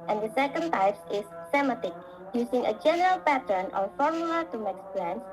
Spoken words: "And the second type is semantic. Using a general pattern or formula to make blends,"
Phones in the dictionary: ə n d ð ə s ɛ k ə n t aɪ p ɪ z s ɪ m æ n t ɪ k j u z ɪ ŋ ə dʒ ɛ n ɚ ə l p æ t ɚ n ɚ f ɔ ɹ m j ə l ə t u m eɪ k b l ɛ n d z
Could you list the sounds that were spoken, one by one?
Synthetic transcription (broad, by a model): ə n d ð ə s ɛ k ə n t aɪ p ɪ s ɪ m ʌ t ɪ k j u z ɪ ŋ ə dʒ ɛ n ɚ ə l p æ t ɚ n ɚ f ɔ ɹ m j ə l ə t u m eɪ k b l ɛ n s